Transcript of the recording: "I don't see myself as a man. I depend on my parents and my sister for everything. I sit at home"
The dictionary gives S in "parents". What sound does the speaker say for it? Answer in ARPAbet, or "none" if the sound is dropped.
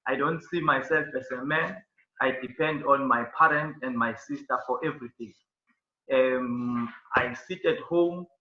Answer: none